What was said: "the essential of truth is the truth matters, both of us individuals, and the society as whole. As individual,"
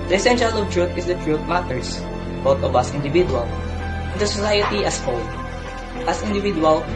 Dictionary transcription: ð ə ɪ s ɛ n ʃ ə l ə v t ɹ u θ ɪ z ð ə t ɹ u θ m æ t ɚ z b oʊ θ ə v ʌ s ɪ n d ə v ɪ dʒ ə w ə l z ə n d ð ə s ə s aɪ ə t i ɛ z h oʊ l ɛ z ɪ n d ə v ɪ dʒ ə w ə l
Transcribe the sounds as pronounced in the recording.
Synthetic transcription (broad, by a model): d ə ɪ s ɛ n ʃ ə l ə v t ɹ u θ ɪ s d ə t ɹ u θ m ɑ t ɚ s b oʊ t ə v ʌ s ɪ n d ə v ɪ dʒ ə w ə l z ə n d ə s ə s aɪ ə t i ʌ s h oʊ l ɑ s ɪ n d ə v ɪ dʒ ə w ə l